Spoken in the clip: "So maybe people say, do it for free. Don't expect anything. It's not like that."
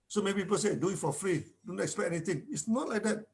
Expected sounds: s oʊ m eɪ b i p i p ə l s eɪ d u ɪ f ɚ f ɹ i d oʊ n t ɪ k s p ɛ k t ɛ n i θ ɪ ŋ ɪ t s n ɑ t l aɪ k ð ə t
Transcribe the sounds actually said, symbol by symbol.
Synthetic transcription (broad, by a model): s oʊ m eɪ b i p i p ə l s eɪ d u ɪ f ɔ f ɹ i d oʊ n t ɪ k s p ɛ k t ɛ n i t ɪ ŋ ɪ t s n ɑ t l aɪ k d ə t